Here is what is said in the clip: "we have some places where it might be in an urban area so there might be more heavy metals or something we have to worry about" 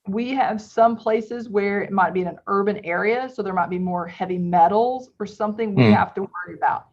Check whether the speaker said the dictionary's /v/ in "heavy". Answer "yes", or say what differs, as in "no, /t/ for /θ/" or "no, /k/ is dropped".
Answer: yes